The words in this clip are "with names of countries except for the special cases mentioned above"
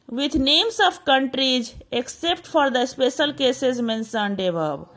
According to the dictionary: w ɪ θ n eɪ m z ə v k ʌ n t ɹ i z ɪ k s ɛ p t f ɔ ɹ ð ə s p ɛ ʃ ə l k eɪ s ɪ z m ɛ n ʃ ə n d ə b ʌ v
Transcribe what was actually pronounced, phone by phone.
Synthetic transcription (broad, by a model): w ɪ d n eɪ m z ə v k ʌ n t ɹ i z ɪ k s ɛ p t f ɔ ɹ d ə s p ɛ ʃ ə l k eɪ s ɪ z m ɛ n s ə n d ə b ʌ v